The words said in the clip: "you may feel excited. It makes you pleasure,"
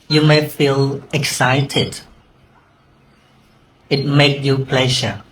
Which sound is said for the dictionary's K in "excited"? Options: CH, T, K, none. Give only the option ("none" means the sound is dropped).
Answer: K